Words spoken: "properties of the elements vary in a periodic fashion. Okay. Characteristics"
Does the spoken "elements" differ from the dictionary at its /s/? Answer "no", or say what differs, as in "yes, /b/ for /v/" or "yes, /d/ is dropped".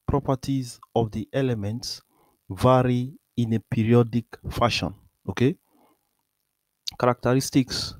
no